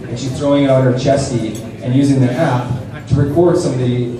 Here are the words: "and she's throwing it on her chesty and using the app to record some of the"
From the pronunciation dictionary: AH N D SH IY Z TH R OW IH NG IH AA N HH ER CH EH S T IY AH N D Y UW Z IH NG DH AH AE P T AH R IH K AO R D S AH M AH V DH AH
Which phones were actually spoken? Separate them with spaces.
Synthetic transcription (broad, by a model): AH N SH IY Z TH R OW IH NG IH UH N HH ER CH EH S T IY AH N Y UW Z IH NG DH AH AE P T AH R IH K AO R D S AH M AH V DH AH